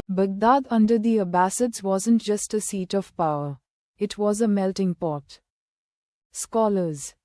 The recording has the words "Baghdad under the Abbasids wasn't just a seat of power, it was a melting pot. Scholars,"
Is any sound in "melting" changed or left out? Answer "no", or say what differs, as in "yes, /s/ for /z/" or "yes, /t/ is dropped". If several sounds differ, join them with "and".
no